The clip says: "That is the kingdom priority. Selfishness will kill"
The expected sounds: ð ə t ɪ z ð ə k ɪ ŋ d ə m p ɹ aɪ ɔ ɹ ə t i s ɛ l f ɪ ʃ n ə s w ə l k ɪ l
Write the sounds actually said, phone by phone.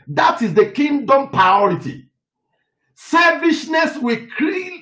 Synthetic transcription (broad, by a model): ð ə t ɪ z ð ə k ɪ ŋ d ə m p ɹ aɪ ɔ ɹ ə t i s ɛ f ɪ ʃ n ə s w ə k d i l